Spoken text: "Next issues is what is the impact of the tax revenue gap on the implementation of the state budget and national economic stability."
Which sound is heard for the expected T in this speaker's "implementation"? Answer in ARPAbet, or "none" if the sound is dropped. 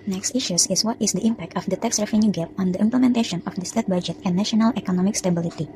T